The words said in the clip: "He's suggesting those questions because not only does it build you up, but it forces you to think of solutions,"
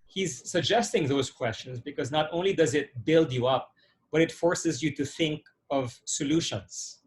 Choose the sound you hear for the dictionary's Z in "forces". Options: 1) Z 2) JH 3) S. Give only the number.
1